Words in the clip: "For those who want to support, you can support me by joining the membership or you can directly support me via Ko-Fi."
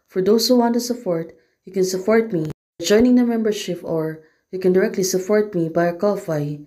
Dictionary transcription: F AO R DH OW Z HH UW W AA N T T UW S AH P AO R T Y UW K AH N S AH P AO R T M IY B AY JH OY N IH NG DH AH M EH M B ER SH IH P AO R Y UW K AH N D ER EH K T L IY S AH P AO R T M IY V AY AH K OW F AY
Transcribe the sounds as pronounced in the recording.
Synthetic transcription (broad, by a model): F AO R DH OW S HH UW W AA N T T UW S AH P AO R T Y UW K AH N S AH P AO R T M IY JH OY N IH NG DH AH M EH M B ER SH IH P AO R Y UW K AH N D ER EH K T L IY S AH P AO R T M IY B AY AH K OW F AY